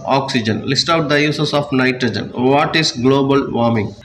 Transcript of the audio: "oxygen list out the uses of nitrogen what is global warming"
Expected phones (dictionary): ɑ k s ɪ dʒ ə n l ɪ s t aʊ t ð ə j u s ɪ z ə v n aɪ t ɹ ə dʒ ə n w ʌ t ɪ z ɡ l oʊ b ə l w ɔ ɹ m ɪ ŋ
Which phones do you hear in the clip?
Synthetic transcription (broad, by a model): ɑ k s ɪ dʒ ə n l ɪ s t aʊ t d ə j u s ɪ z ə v n aɪ t ɹ ə dʒ ə n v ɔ t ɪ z ɡ l oʊ b ə l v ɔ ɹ m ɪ ŋ